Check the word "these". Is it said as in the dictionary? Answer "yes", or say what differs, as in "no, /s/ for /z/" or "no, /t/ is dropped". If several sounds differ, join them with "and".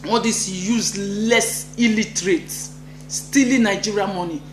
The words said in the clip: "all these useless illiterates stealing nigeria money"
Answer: no, /z/ is dropped